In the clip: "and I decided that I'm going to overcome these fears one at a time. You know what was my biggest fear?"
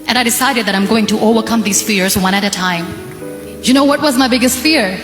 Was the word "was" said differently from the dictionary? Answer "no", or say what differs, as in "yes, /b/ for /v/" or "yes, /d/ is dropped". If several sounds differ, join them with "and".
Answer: no